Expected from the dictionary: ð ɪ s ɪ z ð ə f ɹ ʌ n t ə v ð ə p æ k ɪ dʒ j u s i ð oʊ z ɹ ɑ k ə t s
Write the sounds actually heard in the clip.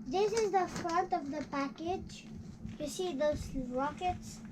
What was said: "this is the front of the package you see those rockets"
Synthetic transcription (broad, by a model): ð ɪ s ɪ z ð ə f ɹ ʌ n t ə v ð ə p æ k ɪ dʒ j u s i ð oʊ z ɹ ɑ k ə t s